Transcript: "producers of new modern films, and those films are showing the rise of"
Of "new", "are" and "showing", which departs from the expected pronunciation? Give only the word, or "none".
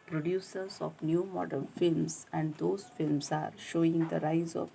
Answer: none